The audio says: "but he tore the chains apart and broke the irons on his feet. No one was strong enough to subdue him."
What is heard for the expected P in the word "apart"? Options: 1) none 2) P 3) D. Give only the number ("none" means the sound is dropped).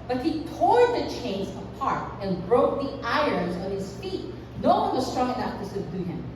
2